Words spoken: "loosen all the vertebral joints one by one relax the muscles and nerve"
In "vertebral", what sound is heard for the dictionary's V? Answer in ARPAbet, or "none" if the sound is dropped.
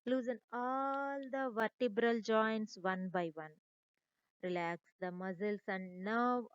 V